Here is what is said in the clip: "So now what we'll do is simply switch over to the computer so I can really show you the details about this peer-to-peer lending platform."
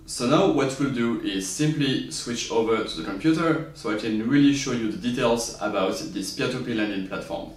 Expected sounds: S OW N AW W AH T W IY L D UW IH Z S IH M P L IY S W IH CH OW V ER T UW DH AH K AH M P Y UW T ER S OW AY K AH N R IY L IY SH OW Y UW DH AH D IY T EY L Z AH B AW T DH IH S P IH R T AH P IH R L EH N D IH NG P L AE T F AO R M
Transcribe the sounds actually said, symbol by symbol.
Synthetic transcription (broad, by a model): S OW N AW W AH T W IY L D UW IH Z S IH M P L IY S W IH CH OW V ER T UW DH AH K AH M P Y UW T ER S OW AY K AH N R IY L IY SH OW Y UW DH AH D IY T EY L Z AH B AW T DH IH S P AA T AH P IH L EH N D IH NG P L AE T F AO R M